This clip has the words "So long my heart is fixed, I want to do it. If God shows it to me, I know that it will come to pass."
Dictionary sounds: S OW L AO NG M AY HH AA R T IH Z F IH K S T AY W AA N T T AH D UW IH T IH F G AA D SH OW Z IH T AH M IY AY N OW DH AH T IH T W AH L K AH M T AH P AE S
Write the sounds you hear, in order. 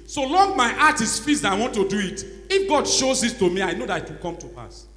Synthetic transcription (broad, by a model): S OW L AO NG M AY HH AA T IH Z F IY S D AY W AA N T T AH D UW IH T IH F G AA D SH OW Z IH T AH M IY AY N OW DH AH T IH T W AH L K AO M T AH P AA S